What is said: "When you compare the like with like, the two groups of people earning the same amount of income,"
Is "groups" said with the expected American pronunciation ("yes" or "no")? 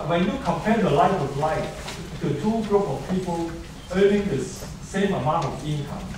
no